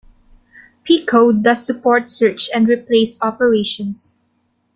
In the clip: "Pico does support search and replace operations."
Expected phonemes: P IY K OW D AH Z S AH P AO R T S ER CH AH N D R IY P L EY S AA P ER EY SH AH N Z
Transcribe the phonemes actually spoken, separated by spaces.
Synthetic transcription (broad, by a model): P IY K OW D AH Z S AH P AO R T S ER CH AH N D R IY P L EY S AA P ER EY SH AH N S